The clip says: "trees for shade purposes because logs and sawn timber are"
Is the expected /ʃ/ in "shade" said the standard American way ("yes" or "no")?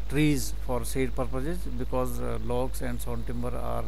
no